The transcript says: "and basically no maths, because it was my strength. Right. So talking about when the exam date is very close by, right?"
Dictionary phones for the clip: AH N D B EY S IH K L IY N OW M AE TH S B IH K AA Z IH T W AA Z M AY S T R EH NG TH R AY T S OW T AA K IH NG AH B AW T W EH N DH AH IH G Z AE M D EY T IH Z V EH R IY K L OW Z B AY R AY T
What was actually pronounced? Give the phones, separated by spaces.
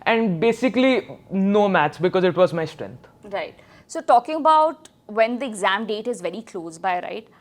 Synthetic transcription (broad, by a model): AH N D B EY S IH K L IY N OW M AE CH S B IH K AA Z IH T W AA Z M AY S T R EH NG T R AY T S OW T AA K IH NG AH B AW T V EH N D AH IH G Z AE M D EY T IH Z V EH R IY K L OW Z B AY R AY T